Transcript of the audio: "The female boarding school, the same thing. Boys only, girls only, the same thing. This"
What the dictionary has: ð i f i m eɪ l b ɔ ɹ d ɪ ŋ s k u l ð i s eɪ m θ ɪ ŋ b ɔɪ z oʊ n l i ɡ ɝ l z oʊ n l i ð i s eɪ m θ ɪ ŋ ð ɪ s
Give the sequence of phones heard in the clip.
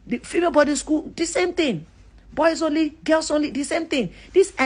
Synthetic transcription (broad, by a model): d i f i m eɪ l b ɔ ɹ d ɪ s k u l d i s eɪ m t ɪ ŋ b ɔɪ s oʊ n l i ɡ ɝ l s oʊ n l i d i s eɪ m t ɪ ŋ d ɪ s